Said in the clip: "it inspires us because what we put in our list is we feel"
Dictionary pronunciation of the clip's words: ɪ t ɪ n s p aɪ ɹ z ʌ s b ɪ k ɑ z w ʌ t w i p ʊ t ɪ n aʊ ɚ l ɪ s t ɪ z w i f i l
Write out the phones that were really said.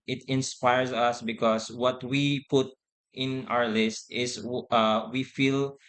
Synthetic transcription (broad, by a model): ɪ t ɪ n s p aɪ ɹ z ʌ s b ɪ k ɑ s w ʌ t w i p ʊ t ɪ n aʊ ɚ l ɪ s t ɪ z w i f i l